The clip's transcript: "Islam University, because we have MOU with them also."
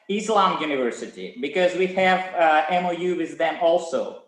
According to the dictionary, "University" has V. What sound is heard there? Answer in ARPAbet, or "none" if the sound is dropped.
V